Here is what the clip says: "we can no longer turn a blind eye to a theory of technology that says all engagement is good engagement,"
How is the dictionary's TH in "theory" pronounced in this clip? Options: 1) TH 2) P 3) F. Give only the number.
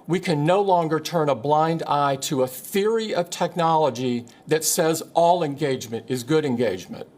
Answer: 1